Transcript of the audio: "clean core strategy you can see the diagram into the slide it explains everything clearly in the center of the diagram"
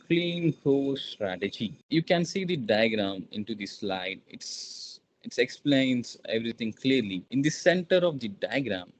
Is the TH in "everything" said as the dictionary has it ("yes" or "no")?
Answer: no